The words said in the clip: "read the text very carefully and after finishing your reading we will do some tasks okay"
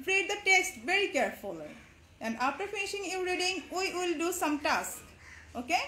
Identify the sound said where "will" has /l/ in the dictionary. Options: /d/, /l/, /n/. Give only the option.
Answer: /l/